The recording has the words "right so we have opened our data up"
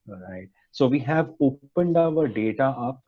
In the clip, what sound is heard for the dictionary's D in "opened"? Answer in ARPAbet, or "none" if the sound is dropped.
D